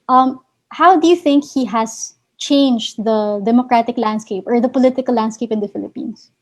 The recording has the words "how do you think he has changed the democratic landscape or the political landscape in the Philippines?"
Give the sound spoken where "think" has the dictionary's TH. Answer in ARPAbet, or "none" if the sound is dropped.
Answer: TH